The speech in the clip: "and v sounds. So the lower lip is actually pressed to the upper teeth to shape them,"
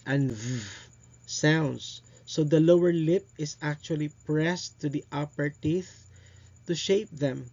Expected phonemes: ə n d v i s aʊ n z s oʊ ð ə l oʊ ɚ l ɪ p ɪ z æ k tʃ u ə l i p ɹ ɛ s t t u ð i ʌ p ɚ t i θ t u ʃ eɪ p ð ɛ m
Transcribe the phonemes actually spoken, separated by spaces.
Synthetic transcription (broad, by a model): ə n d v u s aʊ n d s oʊ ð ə l oʊ ɚ l ɪ p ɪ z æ k tʃ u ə l i p ɹ ɛ s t t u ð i ʌ p ɚ t i θ t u ʃ eɪ p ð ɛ m